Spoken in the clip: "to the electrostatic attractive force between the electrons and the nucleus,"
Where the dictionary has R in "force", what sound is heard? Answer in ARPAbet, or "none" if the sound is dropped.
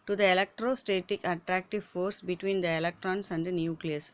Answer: R